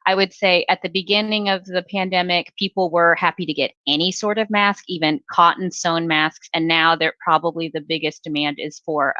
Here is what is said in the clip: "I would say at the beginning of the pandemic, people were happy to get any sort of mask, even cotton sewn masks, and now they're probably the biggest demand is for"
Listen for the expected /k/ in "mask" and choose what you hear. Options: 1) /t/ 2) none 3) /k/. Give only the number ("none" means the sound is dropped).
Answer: 3